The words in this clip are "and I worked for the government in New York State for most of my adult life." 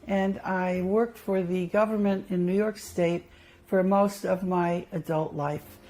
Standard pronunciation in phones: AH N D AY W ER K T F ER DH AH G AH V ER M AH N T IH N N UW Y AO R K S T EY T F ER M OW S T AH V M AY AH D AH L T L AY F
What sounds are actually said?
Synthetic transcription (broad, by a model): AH N AY W ER K T F ER DH AH G AH V ER M AH N T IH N N UW Y AO R K S T EY T F ER M OW S T AH V M AY AH D AH L T L AY F